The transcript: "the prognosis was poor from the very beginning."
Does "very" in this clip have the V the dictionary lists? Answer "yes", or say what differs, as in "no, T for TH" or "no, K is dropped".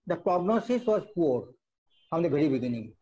no, B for V